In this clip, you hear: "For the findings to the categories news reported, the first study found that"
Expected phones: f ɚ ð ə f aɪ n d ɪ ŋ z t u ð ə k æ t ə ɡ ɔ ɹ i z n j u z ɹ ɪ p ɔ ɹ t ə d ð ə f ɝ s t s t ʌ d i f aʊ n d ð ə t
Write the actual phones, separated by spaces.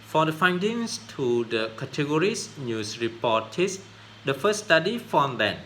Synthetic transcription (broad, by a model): f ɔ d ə f aɪ n d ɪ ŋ s t u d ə k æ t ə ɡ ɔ ɹ i s n j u s ɹ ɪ p ɔ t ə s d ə f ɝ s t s t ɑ d i f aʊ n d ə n